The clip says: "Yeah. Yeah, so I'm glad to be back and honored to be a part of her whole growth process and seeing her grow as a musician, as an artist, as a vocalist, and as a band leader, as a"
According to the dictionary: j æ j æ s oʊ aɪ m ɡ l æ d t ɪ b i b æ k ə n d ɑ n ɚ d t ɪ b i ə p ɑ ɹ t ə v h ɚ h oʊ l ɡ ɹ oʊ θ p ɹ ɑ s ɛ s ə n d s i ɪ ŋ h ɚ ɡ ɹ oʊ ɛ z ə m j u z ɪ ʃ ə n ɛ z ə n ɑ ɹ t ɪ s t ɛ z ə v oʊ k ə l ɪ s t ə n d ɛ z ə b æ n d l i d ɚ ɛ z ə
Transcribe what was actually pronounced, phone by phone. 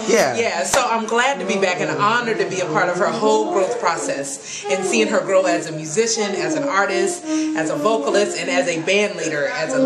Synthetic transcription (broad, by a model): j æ j æ s oʊ aɪ m ɡ l æ d t ɪ b i b æ k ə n ɑ n ɚ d t ɪ b i ə p ɑ ɹ t ə v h ɚ h oʊ l ɡ ɹ oʊ θ p ɹ ɑ s ɛ s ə n s i ɪ ŋ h ɚ ɡ ɹ oʊ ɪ z ə m j u z ɪ ʃ ə n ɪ z n ɑ ɹ t ɪ s t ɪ z ə v oʊ k ə l ɪ s t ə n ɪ z ə b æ n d l i d ɚ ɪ z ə